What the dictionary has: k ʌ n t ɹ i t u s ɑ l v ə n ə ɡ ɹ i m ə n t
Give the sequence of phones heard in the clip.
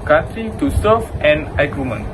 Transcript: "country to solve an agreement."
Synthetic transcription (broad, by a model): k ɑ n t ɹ i t u s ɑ v ə n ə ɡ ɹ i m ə n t